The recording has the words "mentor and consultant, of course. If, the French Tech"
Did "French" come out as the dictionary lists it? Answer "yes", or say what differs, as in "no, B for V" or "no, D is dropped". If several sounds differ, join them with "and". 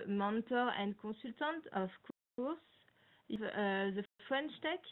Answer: no, SH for CH